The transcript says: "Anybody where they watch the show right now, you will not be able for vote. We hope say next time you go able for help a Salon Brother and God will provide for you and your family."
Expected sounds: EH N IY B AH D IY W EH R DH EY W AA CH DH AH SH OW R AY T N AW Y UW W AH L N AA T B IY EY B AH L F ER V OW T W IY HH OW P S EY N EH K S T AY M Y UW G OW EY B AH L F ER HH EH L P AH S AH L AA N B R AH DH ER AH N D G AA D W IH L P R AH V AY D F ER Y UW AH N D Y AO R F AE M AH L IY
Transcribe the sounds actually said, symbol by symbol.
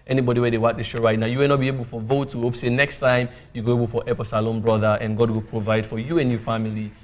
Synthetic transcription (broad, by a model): EH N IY B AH D IY W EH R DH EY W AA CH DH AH SH OW R AY T N AW Y UW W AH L N AA T B IY EY B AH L F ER V OW T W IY HH OW P S EY N EH K S T AY M Y UW G OW EY B AH L F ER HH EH P AH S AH L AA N B R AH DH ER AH N G AA D W IH L P R AH V AY D F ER Y UW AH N Y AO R F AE M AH L IY